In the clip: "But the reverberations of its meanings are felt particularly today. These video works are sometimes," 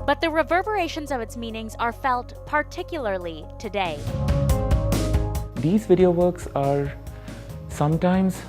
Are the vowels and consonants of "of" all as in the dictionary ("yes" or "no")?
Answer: yes